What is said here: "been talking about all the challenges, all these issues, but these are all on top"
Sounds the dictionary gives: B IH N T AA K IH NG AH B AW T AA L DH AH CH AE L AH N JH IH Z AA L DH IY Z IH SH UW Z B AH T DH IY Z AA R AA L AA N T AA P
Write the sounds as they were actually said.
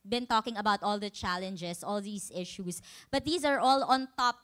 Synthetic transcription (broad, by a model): B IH N T AA K IH NG AH B AW T AA L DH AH CH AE L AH N JH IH S AA L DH IY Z IH SH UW S B AH T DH IY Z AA R AA L AA N T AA P